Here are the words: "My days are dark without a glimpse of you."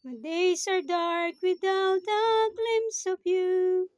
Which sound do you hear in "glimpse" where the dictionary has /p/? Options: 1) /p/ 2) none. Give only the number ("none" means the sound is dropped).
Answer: 2